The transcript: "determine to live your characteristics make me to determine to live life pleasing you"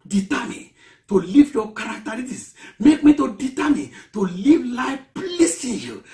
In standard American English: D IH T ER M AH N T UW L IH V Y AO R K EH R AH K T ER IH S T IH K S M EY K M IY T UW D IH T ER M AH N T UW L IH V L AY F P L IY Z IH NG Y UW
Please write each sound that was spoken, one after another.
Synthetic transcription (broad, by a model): D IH T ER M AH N T UW L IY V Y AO K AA R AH K T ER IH T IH S M EY K M IY T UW D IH T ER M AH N T UW L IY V L AY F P L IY S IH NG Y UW